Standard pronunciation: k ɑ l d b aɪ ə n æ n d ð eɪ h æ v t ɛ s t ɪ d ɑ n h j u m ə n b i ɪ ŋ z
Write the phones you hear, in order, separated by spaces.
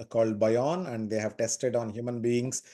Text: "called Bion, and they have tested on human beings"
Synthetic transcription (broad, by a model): k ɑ l d b aɪ ə n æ n d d eɪ h æ v t ɛ s t ɪ d ɑ n h j u m ə n b i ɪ ŋ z